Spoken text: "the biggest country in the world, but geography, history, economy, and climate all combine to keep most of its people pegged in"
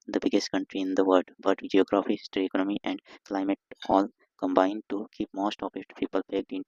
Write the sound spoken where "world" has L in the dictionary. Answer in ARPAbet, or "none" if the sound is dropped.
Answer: none